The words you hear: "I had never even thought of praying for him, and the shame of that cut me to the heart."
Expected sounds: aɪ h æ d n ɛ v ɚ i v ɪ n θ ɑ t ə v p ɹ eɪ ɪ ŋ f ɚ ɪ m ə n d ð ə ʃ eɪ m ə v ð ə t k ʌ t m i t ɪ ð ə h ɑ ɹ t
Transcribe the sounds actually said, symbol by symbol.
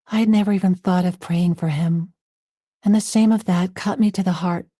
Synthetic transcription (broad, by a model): aɪ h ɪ d n ɛ v ɚ i v ɪ n θ ɑ t ə v p ɹ eɪ ɪ ŋ f ɚ ɪ m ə n ð ə s eɪ m ə v ð ə t k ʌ t m i t ɪ ð ə h ɑ ɹ t